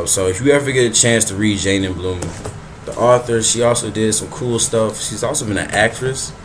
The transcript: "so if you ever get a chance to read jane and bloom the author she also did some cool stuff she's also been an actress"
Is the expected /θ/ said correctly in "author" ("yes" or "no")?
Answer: yes